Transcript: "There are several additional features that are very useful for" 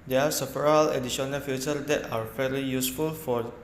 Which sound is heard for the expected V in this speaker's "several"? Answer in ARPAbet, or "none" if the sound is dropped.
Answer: F